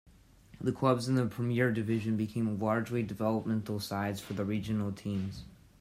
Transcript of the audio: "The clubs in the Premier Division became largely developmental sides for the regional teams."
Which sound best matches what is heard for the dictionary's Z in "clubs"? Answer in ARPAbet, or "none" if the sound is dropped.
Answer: Z